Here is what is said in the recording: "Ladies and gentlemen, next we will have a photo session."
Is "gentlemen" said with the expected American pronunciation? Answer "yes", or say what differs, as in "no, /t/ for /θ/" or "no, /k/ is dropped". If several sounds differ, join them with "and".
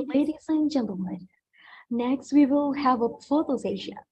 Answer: no, /l/ is dropped